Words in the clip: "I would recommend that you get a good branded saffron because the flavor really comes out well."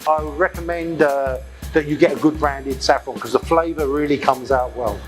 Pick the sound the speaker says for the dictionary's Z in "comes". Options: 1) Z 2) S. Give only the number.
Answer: 1